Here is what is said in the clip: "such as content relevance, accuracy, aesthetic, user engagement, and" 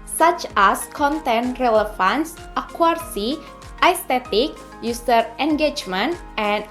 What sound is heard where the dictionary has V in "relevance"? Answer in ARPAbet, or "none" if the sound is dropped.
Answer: F